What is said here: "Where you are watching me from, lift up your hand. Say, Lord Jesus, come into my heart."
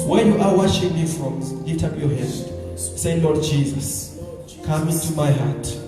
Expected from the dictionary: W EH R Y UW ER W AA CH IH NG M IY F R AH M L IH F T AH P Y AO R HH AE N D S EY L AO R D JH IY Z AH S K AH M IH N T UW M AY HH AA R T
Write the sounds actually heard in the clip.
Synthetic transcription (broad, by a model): W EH Y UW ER W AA SH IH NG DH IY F R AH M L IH T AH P Y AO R HH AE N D S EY L AO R D JH IY Z AH S K AH M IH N T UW M AY HH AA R T